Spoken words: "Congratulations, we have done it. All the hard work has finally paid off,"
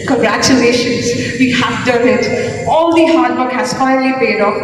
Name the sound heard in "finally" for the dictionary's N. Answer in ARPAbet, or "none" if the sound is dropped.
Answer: none